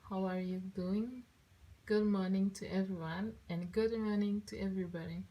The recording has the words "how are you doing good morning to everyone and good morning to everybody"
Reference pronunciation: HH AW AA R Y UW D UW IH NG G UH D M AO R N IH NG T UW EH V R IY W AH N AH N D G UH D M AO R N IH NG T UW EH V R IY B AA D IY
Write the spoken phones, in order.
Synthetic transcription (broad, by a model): HH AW AA R Y UW D UW IH NG G UH D M AO R N IH NG T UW EH V R IY W AH N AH N G UH D M AO R N IH NG T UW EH V R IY B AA D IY